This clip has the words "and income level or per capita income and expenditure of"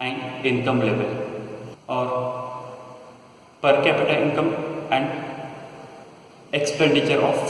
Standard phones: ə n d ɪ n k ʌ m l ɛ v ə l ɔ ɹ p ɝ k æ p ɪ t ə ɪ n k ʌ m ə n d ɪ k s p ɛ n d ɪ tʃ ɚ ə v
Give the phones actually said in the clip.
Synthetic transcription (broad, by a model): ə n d ɪ n k ʌ m l ɛ v ə l ɔ ɹ p ɝ k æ p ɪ t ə ɪ n k ʌ m ə n d ɪ k s p ɛ n d ɪ tʃ ɚ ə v